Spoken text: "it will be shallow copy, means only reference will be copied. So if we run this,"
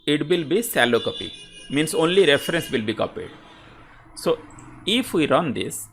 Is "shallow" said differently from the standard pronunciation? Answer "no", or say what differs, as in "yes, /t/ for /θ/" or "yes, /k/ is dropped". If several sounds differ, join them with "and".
yes, /s/ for /ʃ/